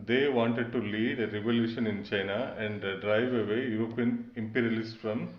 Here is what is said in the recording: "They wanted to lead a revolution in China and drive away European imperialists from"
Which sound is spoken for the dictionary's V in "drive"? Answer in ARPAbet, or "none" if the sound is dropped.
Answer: V